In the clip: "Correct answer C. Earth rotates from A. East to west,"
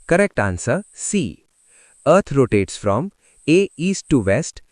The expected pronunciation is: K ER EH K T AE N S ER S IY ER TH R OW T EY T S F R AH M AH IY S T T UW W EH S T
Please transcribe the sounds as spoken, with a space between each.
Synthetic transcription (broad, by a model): K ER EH K T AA N S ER S IY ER T R OW T EY T S F R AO M AH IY S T T UW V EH S T